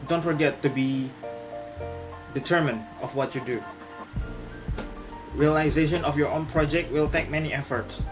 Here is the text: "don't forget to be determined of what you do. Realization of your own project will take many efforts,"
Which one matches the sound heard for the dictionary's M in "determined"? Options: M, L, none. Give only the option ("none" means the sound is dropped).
M